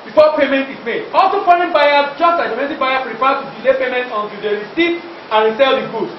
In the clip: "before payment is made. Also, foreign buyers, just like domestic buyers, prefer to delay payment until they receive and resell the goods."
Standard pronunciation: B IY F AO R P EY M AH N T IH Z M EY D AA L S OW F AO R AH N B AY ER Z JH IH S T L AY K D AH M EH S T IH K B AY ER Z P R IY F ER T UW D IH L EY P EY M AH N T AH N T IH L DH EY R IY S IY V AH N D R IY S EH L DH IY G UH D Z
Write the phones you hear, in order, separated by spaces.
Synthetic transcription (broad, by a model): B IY F AO P EY M AH N T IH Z M EY D AA L S OW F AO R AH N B AY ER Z JH IH S T L AY K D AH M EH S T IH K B AY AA P R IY P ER T UW D IH L EY P EY M AH N T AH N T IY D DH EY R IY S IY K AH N R IY S EH L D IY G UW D